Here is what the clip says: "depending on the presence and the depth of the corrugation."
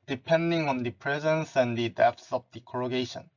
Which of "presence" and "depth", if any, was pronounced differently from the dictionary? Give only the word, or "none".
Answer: depth